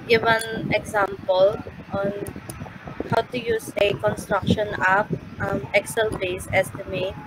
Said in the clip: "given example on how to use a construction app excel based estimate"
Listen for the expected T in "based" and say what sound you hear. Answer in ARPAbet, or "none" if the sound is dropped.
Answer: none